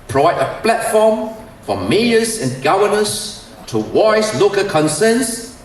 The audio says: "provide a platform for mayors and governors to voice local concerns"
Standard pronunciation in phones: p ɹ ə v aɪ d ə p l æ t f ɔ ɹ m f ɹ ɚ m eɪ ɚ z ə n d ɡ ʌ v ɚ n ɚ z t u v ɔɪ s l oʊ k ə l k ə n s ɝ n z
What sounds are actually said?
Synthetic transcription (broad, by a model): p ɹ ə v aɪ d ə p l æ t f ɔ m f ɹ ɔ m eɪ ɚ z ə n ɡ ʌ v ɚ n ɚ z t u w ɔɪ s l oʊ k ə k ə n s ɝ n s